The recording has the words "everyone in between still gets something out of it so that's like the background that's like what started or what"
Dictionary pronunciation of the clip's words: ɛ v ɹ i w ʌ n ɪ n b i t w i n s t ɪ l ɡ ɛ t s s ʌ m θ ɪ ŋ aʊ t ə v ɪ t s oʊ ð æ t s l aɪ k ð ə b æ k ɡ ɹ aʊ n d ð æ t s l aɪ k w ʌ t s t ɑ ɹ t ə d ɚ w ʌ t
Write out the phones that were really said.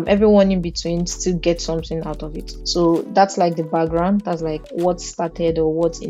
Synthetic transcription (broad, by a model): ɛ v ɹ i w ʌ n ɪ n b i t w i n s t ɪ l ɡ ɛ t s s ʌ m θ ɪ ŋ aʊ t ə v ɪ t s oʊ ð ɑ t s l aɪ k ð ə b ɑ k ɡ ɹ aʊ n d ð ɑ t s l aɪ k w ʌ t s t ɑ t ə d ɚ w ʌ t